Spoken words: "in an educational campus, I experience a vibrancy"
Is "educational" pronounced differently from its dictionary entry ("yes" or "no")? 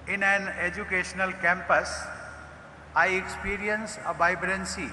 no